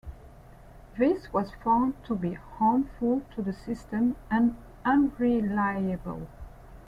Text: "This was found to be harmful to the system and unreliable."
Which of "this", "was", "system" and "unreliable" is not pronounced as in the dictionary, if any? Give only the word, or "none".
none